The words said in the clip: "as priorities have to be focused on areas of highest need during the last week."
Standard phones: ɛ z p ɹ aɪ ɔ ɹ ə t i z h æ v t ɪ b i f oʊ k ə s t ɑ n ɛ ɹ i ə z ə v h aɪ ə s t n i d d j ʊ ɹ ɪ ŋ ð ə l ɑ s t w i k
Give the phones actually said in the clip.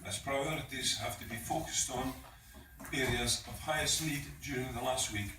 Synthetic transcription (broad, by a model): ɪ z p ɹ aɪ ɔ ɹ ə t i z h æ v t ɪ b i f oʊ k ə s t n ɛ ɹ i ə z ə v h aɪ ə s t n i d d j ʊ ɹ ɪ ŋ ð ə l ɑ s t w i k